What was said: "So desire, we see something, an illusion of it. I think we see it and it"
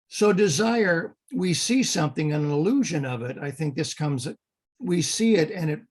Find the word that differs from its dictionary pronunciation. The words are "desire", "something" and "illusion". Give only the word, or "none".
none